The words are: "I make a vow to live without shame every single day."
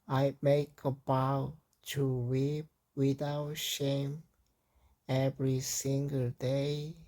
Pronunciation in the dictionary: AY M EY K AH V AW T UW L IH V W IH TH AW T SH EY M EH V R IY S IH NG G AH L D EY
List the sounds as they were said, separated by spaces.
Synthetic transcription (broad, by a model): AY M EY K AH B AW T UW W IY P W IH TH AW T SH EY M EH V R IY S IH NG G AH L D EY